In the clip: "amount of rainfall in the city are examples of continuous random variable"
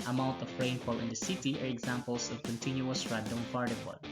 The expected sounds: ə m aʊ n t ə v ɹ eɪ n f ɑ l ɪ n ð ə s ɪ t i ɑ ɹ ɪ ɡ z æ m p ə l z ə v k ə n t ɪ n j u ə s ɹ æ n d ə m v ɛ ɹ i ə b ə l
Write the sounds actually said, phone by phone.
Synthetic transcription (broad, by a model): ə m aʊ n t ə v ɹ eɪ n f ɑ l ɪ n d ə s ɪ t i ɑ ɹ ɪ ɡ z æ m p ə l s ə v k ə n t ɪ n j u ə s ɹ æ d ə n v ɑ ɹ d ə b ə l